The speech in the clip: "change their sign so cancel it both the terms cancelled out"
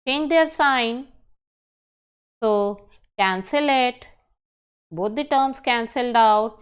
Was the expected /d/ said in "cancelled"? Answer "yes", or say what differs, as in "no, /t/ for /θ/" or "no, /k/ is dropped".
yes